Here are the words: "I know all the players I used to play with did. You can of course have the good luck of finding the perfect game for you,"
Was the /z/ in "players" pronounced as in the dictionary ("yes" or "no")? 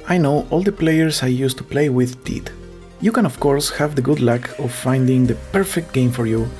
no